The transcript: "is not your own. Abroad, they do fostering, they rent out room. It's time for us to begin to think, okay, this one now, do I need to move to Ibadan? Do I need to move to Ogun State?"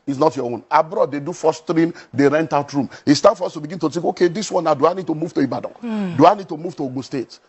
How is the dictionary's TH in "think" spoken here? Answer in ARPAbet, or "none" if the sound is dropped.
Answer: T